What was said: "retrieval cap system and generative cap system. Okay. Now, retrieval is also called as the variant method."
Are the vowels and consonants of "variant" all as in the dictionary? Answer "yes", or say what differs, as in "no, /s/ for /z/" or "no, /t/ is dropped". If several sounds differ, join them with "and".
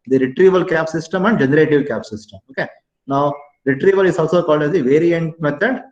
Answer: yes